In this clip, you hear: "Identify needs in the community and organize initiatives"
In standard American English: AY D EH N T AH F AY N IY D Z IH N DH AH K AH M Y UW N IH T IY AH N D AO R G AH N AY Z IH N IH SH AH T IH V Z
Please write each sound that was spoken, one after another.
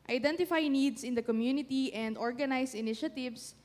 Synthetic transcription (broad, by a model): AY D EH N T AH F AY N IY D S IH N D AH K AH M Y UW N IH T IY AH N D AO R G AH N AY S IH N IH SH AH T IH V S